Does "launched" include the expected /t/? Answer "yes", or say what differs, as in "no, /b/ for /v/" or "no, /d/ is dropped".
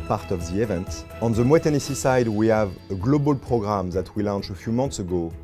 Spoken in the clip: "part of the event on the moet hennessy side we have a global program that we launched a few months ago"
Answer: no, /t/ is dropped